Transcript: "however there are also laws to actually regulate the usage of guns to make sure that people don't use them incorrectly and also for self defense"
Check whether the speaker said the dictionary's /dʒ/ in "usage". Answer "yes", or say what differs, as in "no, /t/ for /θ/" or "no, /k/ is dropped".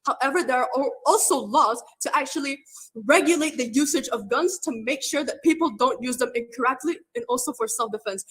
yes